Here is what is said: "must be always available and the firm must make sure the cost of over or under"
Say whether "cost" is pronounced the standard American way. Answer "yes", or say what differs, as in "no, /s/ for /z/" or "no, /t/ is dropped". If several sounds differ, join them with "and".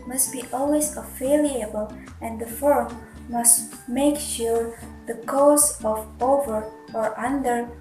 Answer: no, /t/ is dropped